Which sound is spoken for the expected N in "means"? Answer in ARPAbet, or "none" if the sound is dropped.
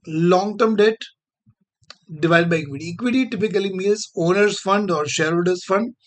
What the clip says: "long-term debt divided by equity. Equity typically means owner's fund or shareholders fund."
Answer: L